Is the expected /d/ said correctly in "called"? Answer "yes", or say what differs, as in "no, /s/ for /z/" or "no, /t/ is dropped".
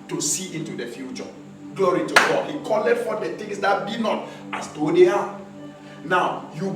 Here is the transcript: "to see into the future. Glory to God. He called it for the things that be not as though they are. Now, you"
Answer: no, /d/ is dropped